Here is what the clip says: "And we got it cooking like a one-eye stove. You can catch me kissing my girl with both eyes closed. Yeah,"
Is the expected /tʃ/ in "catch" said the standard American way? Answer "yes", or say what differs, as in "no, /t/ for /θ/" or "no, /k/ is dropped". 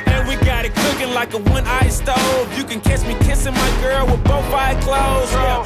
no, /s/ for /tʃ/